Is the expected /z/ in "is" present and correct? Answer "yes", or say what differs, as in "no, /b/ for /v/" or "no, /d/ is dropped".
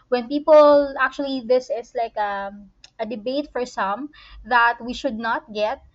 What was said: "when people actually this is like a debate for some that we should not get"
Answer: no, /s/ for /z/